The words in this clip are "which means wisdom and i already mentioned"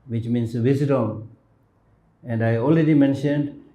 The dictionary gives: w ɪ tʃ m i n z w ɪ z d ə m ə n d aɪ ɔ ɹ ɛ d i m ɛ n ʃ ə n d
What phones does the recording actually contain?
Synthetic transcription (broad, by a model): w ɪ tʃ m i n s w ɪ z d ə m ə n d aɪ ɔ l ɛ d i m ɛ n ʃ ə n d